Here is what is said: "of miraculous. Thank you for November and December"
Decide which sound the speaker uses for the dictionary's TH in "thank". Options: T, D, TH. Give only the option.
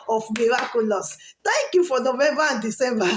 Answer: T